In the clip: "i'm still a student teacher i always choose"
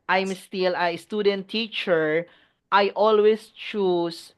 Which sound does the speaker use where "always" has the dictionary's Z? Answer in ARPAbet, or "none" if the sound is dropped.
S